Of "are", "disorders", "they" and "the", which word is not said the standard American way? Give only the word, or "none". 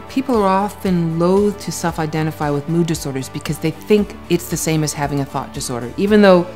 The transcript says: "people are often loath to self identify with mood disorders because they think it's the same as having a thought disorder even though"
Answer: none